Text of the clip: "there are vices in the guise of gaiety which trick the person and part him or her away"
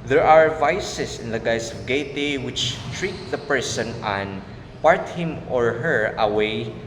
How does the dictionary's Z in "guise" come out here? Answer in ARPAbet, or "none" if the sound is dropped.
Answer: S